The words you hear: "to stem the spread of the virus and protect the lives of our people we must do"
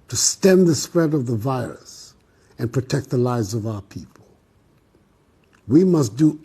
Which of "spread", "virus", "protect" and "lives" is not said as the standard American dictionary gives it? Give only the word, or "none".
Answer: none